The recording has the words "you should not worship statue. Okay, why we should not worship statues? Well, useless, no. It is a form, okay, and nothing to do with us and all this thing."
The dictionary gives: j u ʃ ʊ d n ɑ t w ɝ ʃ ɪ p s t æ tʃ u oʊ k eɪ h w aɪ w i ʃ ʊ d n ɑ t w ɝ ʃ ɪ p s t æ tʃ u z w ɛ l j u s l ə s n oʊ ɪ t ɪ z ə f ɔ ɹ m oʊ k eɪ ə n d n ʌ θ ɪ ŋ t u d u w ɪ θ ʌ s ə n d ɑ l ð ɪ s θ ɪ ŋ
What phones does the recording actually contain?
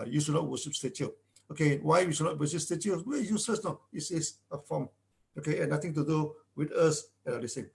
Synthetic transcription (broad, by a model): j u ʃ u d n ɑ t w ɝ ʃ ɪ p s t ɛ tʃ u oʊ k eɪ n w aɪ w i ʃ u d n ɑ t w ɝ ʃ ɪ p s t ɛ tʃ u w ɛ j u s l ə s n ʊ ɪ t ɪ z ə f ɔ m oʊ k eɪ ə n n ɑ t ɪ ŋ t u d u w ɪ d ʌ s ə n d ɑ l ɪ s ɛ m